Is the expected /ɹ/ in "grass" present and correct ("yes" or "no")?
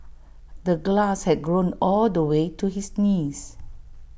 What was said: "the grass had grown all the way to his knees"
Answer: no